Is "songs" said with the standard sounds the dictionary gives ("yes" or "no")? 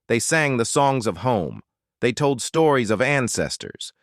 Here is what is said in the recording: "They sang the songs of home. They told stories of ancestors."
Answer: yes